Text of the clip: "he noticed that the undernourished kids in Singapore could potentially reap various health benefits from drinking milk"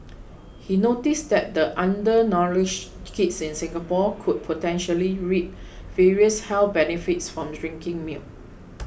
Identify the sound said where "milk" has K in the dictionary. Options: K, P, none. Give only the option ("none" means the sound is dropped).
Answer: none